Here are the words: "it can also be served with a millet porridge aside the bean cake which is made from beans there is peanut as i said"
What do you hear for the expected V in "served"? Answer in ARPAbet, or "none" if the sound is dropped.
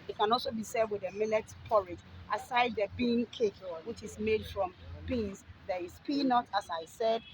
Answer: none